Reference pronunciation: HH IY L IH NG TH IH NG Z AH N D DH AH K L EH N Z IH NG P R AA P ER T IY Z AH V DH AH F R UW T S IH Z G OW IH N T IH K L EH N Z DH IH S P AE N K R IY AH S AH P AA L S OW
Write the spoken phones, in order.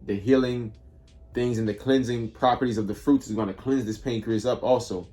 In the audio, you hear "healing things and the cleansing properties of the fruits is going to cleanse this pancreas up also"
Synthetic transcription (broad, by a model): HH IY L IH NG TH IH NG Z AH N DH AH K L EH N Z IH NG P R AA P ER T IY Z AH V DH AH F R UW T S IH Z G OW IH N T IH K L EH N Z DH IH S P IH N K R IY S AH P AA L S OW